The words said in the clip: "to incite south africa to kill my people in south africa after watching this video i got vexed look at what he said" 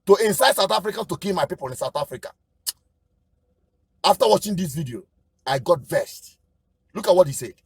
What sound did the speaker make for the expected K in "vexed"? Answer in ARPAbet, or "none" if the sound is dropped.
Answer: none